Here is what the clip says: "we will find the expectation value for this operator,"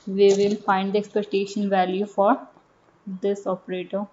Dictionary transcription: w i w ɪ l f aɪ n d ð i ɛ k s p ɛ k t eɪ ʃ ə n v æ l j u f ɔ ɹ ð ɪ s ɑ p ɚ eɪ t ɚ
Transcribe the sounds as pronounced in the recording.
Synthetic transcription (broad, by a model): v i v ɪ l f aɪ n d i ɛ k s p ɛ k t eɪ ʃ ə n v æ l j u f ɔ ɹ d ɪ s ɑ p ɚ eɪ t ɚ